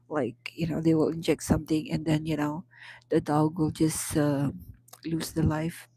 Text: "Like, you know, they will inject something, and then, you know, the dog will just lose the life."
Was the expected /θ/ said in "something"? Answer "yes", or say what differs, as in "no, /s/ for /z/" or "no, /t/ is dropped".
no, /t/ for /θ/